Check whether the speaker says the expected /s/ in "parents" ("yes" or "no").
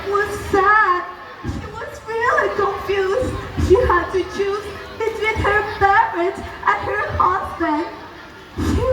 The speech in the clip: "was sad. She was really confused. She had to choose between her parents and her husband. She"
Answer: no